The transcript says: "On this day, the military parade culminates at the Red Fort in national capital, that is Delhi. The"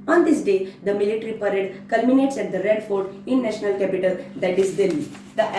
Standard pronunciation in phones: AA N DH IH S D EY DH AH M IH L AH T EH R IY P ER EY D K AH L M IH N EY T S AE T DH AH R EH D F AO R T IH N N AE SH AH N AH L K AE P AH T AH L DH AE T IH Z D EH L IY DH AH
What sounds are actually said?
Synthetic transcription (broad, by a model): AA N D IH S D EY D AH M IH L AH T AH R IY P ER EY D K AH L M IH N EY T S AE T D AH R EH D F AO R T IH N N AE SH AH N AH L K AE P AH T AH L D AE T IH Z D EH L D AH